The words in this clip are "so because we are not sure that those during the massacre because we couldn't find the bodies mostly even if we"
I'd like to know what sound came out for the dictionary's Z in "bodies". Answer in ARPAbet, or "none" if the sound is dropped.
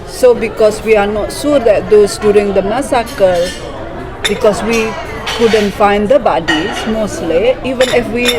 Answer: none